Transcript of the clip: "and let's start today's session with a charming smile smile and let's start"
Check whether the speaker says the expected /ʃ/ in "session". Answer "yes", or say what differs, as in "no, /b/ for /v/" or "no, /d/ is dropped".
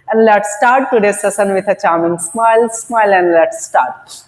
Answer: no, /s/ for /ʃ/